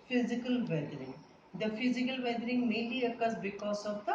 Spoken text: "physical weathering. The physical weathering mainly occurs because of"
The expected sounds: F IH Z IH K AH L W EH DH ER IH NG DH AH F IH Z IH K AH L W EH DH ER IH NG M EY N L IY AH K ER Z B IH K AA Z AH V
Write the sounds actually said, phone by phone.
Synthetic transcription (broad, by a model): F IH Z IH K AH L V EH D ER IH NG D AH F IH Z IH K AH L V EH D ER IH NG M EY L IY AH K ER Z B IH K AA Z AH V